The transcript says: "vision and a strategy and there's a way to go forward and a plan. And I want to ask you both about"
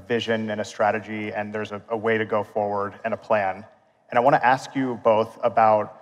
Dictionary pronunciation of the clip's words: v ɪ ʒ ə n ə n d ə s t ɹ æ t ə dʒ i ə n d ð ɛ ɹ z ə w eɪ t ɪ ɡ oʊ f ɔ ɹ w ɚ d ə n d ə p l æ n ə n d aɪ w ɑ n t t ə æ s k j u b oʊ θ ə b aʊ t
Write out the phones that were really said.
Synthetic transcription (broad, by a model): v ɪ ʒ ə n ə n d ə s t ɹ æ t ə dʒ i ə n ð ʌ ɹ z ə w eɪ t ɪ ɡ oʊ f ɔ ɹ w ɚ d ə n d ə p l æ n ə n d aɪ w ɑ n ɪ t æ s k j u b oʊ θ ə b aʊ t